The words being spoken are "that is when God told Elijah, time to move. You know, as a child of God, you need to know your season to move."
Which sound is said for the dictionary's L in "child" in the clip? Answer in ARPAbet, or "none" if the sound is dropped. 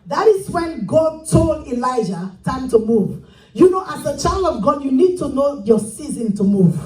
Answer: L